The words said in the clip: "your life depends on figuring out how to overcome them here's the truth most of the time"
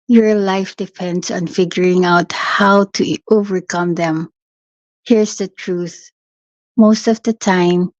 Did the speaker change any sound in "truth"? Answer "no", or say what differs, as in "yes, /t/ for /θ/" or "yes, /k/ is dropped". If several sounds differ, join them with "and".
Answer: no